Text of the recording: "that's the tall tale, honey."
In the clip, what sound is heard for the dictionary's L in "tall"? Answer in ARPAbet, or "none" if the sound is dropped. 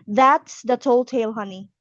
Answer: L